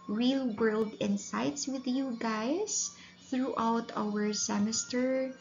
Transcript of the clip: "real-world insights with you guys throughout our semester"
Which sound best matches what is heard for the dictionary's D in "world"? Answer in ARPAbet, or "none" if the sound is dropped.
D